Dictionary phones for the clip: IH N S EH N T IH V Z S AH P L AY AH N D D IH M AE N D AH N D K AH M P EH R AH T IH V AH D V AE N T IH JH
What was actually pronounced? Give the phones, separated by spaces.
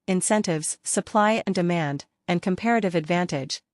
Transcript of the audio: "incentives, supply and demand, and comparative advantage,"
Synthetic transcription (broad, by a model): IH N S EH N T IH V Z S AH P L AY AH N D D IH M AE N D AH N K AH M P EH R AH T IH V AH D V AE N T IH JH